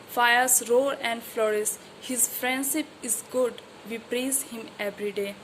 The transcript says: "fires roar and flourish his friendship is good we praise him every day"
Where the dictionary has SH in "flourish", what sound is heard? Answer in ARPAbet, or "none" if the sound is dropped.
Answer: S